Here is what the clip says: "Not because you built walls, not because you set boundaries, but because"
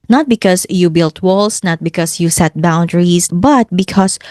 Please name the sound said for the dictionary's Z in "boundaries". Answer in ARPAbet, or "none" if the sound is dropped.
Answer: S